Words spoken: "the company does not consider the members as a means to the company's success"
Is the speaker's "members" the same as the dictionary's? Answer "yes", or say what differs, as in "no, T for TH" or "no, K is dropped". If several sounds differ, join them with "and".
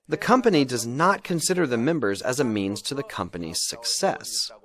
yes